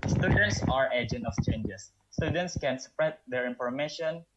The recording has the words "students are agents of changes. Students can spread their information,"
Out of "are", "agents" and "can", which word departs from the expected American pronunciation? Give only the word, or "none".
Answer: agents